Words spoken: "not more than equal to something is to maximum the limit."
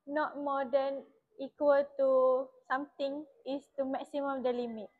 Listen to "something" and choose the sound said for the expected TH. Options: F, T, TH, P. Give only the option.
T